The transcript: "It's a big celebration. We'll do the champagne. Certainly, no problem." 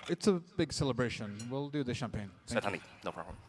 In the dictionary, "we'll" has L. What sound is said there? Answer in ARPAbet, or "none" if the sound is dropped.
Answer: L